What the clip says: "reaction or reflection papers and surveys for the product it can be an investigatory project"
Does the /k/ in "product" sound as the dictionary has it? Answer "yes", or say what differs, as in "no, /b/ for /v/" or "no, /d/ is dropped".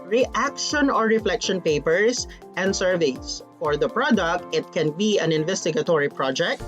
yes